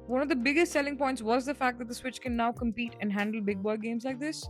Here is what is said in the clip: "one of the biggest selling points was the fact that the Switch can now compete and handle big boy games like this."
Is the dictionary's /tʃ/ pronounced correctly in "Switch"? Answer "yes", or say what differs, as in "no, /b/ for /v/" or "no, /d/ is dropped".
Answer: yes